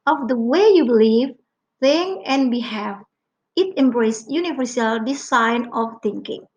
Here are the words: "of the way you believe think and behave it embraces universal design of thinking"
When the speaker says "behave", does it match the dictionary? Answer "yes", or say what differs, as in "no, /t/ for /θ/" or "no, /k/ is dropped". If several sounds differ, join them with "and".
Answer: no, /f/ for /v/